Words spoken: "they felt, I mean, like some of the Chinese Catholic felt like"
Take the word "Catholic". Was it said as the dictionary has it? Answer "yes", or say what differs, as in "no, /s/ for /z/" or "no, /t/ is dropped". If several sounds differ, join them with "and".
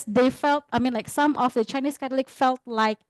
no, /t/ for /θ/